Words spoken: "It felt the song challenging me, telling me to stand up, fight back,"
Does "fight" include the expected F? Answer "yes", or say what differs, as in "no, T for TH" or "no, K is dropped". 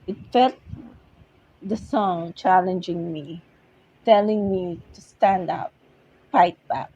no, P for F